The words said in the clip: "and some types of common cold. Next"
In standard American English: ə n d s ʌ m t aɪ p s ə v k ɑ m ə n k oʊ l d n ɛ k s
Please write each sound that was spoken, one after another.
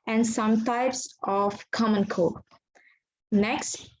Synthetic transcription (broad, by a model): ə n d s ʌ m t aɪ p s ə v k ɑ m ə n k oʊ d n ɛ k s